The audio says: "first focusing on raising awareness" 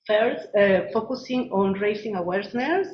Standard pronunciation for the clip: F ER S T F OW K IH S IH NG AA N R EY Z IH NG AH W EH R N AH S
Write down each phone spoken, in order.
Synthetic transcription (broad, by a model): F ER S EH F OW K IH S IH NG AA N R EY S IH NG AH W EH R N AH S